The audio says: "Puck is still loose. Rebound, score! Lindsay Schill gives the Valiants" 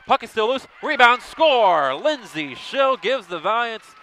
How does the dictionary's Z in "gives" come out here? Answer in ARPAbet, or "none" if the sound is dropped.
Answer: Z